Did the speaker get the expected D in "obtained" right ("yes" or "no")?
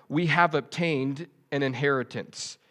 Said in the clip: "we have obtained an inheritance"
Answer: yes